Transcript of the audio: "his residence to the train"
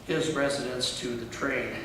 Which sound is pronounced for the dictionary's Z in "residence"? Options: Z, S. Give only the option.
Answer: Z